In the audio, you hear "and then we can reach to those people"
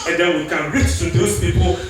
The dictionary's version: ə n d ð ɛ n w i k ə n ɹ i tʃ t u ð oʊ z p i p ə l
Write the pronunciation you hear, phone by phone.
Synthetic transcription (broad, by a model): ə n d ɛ n w i k ə n ɹ i tʃ t u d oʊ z p i p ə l